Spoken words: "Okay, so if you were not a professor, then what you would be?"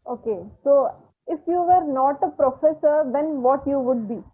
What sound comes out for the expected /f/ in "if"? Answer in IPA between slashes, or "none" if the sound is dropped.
/f/